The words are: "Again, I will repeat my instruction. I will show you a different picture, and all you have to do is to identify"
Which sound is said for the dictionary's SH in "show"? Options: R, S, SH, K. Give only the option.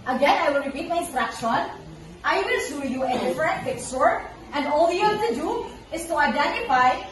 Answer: S